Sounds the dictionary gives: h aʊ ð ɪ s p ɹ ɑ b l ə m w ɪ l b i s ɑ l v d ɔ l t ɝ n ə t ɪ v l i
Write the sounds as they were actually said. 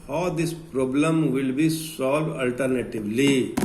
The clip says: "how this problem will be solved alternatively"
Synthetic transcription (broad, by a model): h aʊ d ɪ s p ɹ ɑ b l ə m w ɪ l b i s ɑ l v ʌ l t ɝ n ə t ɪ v l i